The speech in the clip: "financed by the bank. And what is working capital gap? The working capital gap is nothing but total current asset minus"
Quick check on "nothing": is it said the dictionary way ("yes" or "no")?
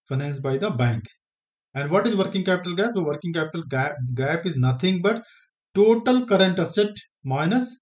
no